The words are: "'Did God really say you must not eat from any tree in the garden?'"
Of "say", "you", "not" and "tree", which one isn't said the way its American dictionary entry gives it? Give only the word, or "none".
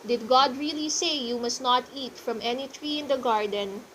none